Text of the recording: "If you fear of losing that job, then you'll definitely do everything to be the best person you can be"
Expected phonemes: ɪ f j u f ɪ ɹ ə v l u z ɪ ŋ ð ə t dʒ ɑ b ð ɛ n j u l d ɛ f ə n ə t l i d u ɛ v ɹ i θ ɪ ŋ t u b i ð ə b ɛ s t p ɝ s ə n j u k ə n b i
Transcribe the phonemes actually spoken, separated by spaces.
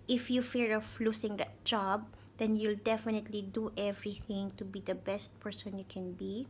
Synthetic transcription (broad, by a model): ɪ f j u f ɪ ɹ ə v l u s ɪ ŋ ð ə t dʒ ɑ b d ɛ n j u l d ɛ f ə n ə t l i d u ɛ v ɹ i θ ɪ ŋ t u b i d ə b ɛ s t p ɝ s ə n j u k ə n b i